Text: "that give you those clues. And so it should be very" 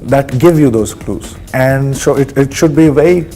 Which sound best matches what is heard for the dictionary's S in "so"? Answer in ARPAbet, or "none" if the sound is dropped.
SH